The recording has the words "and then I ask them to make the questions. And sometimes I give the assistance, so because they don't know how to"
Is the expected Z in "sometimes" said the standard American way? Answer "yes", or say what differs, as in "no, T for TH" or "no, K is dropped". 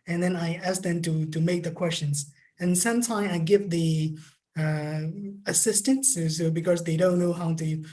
no, Z is dropped